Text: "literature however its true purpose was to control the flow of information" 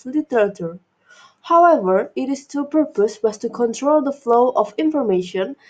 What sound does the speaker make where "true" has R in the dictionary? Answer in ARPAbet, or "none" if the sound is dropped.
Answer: none